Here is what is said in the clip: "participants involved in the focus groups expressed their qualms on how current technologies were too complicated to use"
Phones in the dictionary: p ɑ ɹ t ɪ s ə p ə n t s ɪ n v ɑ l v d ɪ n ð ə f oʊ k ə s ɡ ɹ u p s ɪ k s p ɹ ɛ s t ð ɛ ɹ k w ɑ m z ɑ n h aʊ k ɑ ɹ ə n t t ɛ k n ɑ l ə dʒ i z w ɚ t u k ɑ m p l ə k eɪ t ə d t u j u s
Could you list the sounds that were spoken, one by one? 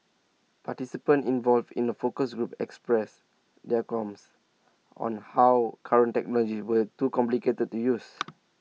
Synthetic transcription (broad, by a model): p ɑ t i s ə p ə n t ɪ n v ɑ l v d ɪ n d ə f oʊ k ə s ɡ ɹ u p ɪ k s p ɹ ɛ s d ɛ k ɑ m s ɑ n h aʊ k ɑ ɹ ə n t t ɛ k n ɑ l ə dʒ i s w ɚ t u k ɑ m p l ə k eɪ t ə d t u j u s